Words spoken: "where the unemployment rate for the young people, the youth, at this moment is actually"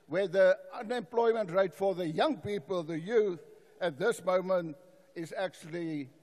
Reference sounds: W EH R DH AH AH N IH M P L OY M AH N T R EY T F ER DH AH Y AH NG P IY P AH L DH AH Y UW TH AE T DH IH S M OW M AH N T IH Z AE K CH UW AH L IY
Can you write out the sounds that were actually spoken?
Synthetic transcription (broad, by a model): W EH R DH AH AH N IH M P L OY M AH N T R EY T F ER DH AH Y AH NG P IY P AH L DH AH Y UW TH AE T DH IH S M OW M AH N T IH Z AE K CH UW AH L IY